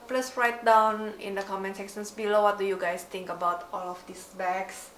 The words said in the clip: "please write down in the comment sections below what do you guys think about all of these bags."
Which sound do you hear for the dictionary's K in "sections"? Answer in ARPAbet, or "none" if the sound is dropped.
none